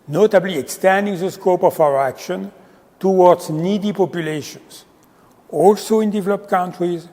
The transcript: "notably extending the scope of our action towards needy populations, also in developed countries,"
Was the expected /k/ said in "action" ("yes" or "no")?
yes